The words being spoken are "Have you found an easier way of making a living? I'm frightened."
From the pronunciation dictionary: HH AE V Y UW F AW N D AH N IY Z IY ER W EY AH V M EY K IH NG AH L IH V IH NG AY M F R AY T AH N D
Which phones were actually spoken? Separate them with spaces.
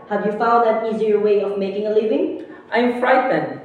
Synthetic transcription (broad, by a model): HH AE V Y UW F AW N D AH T IY Z IY ER W EY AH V M EY K IH NG AH L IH V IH NG AY M F R AY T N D